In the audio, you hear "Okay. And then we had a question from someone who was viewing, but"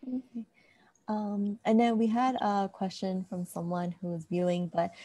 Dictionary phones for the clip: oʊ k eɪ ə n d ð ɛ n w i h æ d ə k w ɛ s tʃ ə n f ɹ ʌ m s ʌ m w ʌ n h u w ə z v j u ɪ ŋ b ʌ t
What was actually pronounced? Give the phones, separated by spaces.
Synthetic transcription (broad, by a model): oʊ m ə n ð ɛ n w i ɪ d ə k w ɛ s tʃ ə n f ɹ ʌ m s ʌ m w ʌ n h u w ə z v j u ɪ ŋ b ʌ t